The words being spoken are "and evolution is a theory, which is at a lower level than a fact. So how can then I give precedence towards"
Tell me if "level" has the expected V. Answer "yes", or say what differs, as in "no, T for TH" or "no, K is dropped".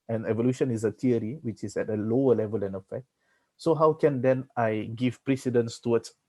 yes